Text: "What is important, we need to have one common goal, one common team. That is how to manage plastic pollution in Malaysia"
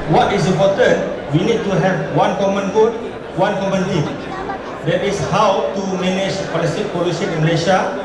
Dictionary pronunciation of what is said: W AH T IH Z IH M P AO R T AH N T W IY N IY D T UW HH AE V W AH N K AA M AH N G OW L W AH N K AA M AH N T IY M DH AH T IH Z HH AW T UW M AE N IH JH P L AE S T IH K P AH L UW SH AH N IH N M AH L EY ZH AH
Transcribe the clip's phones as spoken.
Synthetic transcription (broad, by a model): W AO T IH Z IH M P AO T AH N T W IY N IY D T UW HH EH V W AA N K AA M AH N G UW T W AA N K AA M AH N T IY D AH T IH S HH AW T UW M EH N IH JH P L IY S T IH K P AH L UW S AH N IH N M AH L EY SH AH